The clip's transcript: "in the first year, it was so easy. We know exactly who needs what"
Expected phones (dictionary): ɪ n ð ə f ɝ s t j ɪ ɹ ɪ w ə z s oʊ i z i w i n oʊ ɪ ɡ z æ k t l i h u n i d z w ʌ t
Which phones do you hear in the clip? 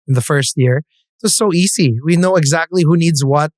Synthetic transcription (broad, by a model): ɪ n ð ə f ɝ s t j ɪ ɹ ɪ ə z s oʊ i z i w i n oʊ ɪ ɡ z æ k t l i h u n i d z w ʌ t